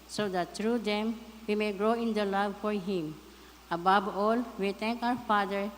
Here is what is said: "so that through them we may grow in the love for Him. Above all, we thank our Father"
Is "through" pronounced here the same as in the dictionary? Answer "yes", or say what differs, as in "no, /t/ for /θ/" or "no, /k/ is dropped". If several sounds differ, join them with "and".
no, /t/ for /θ/